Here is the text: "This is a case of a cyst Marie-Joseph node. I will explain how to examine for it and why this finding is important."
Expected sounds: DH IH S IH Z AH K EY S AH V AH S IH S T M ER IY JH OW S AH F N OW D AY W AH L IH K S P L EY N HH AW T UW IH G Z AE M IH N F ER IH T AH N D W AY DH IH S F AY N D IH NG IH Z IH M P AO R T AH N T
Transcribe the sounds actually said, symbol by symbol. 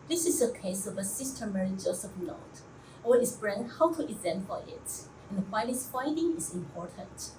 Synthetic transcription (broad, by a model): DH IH S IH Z AH K EY S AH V AH S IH S T M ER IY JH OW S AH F N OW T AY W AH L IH S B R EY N HH AW T UW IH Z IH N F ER IH T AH N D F AY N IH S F AY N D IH NG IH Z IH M P AO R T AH N T